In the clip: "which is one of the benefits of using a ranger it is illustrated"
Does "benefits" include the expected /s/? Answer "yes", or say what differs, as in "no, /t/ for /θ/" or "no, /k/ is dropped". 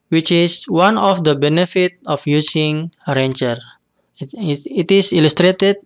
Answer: no, /s/ is dropped